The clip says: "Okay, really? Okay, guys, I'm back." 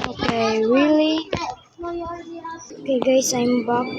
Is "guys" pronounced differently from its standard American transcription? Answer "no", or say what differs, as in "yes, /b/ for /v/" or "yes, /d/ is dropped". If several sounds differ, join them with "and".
yes, /s/ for /z/